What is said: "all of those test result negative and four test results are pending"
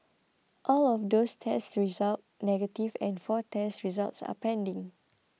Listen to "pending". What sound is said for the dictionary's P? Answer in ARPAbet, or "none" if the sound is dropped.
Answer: P